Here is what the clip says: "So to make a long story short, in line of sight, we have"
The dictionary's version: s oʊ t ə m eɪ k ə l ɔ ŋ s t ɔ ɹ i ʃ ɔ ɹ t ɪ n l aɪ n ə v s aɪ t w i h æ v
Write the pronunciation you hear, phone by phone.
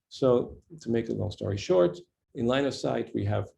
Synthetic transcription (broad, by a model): s oʊ t ə m eɪ k ə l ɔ s t ɔ ɹ i ʃ ɔ ɹ t ɪ n l aɪ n ə v s aɪ t w i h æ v